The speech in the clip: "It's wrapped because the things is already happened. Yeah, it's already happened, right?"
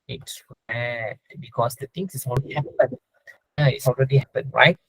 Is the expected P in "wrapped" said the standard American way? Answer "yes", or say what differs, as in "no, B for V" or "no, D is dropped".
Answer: no, P is dropped